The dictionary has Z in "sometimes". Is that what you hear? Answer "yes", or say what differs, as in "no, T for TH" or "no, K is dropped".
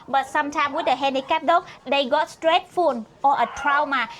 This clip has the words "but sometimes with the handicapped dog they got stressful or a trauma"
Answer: no, Z is dropped